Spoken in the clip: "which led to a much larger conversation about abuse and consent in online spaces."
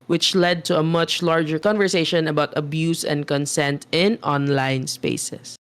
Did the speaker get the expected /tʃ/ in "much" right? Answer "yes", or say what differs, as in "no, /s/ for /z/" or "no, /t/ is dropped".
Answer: yes